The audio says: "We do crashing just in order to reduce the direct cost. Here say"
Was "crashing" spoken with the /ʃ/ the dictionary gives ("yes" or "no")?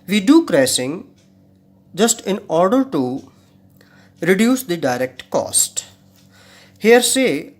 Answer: no